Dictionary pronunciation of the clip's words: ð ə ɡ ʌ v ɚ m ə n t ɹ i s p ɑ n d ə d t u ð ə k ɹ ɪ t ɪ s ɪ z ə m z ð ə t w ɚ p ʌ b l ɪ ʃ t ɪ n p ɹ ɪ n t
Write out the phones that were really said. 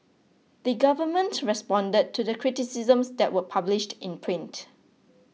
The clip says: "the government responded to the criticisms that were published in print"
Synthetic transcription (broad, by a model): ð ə ɡ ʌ v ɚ m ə n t ɹ i s p ɑ n d ə d t u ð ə k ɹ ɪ t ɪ s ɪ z ə m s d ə t w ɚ p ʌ b l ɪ ʃ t ɪ n p ɹ ɪ n t